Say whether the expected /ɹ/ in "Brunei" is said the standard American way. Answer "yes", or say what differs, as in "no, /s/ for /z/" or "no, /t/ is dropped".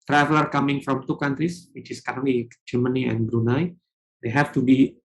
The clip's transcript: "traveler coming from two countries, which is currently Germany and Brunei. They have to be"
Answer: yes